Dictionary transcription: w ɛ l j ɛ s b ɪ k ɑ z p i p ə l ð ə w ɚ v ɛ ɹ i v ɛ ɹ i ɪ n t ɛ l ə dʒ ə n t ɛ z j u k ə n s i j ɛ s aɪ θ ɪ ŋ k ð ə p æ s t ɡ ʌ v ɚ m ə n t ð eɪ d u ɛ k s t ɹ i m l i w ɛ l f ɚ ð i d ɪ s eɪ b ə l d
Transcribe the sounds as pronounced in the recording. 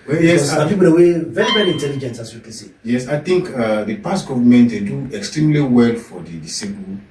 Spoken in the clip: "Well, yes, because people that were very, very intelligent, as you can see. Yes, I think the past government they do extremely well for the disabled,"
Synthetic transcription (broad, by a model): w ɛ j ɛ s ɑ p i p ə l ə w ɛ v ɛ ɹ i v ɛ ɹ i n t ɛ l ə dʒ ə n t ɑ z j u k ə n s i j ɛ s aɪ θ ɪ ŋ k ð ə p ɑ s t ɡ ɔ v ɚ m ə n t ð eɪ d u ɛ k s t ɹ i m l i w ɛ l f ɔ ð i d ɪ s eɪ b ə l